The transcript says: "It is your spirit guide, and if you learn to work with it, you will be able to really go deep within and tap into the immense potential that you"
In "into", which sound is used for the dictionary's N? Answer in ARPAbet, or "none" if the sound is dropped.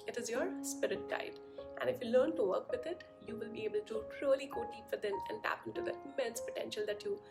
none